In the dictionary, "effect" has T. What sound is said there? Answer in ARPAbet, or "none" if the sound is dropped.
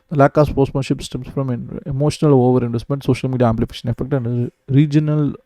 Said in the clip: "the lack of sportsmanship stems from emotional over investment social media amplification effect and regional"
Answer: T